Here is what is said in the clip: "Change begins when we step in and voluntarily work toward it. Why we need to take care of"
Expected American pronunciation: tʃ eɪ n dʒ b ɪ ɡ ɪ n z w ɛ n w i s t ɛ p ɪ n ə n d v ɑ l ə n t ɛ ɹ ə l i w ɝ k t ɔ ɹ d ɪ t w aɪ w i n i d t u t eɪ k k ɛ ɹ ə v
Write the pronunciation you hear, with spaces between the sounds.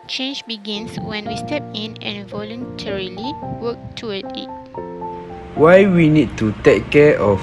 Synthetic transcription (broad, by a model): tʃ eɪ n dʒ b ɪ ɡ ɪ n s w ɛ n w i s t ɛ p ɪ n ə n v ɑ l ə n t ɛ ɹ ə l i w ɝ k t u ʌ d ɪ t w aɪ w i n i d t u t eɪ k k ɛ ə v